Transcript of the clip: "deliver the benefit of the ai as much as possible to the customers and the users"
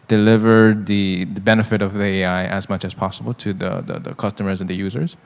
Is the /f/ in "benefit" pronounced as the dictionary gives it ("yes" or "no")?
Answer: yes